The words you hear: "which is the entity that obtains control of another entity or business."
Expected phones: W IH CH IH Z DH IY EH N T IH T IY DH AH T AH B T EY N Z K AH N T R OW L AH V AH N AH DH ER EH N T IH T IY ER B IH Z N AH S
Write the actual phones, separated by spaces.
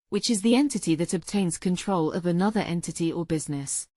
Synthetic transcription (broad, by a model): W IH CH IH Z DH IY EH N T IH T IY DH AH T AH B T EY N Z K AH N T R OW L AH V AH N AH DH ER EH N T IH T IY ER B IH Z N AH S